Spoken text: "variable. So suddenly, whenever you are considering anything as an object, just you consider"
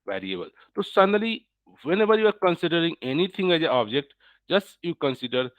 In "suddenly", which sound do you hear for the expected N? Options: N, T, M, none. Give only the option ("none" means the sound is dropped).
none